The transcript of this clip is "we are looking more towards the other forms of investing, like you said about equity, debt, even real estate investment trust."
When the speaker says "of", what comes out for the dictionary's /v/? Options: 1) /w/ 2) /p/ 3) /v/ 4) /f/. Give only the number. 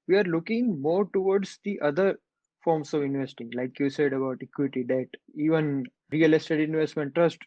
3